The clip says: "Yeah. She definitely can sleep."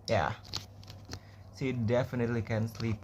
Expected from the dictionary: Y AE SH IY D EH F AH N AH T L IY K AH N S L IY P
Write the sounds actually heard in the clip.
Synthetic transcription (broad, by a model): Y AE S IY D EH F AH N AH T L IY K AH N S L IY P